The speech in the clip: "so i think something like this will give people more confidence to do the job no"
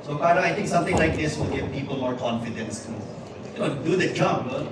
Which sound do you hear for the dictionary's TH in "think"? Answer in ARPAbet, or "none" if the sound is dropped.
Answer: T